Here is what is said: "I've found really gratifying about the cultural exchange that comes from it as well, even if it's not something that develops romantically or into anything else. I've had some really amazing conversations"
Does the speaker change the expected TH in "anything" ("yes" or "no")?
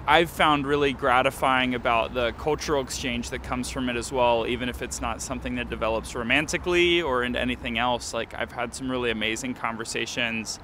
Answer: no